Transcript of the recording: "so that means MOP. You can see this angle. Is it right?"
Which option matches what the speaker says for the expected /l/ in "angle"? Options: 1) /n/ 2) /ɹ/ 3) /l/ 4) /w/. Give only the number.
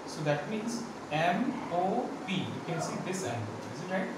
1